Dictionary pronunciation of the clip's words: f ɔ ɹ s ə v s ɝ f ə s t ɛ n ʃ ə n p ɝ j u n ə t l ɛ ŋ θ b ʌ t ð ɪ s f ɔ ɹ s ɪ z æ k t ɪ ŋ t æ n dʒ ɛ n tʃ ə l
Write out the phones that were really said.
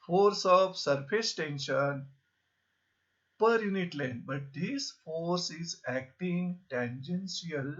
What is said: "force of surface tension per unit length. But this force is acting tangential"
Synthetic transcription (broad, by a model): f ɔ ɹ s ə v s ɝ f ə s t ɛ n ʃ ə n p ɝ j u n ə t l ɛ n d b ʌ t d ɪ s f ɔ ɹ s ɪ z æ k t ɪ ŋ t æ n dʒ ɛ n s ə l